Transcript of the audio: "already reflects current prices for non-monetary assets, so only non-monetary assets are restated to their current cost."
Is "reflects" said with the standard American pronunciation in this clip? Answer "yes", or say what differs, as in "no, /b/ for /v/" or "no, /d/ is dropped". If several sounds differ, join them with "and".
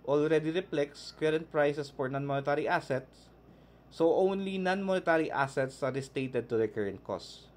no, /p/ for /f/